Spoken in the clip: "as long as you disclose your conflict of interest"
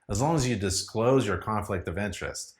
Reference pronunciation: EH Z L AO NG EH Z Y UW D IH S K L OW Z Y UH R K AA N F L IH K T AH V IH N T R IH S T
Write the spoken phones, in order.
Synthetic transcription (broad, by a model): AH Z L AO NG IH Z Y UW D IH S K L OW Z Y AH R K AA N F L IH K T AH V IH N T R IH S T